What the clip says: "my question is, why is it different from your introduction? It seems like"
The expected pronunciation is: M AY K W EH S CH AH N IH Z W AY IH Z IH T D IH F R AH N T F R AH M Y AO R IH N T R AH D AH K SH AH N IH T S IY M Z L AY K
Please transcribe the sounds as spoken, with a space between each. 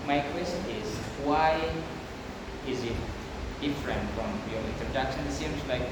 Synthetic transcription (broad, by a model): M AY K W EH S CH AH N IH Z W AY IH Z IH T D IH F R AH N T F R AH M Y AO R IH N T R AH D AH K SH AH N IH T S IY M Z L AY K